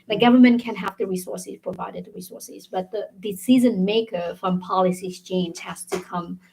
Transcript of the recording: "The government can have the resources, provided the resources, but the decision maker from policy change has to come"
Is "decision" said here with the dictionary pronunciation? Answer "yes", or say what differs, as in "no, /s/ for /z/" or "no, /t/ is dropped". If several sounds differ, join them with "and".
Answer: no, /z/ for /ʒ/